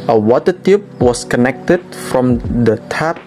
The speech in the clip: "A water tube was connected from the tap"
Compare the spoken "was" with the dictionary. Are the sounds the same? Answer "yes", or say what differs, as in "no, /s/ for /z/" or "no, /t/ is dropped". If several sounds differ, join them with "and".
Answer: no, /s/ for /z/